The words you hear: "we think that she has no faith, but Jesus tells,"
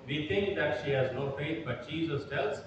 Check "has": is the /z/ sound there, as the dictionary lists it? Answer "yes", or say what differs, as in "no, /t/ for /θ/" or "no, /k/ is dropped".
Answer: yes